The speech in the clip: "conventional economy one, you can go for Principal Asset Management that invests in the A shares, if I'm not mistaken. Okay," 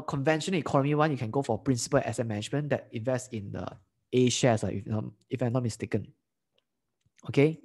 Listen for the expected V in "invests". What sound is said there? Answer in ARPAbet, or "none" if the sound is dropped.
V